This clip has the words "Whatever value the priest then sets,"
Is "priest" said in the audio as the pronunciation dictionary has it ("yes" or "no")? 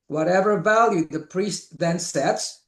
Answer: yes